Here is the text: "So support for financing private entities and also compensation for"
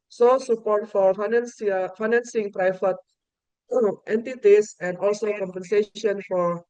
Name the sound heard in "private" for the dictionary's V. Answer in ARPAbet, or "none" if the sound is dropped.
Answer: F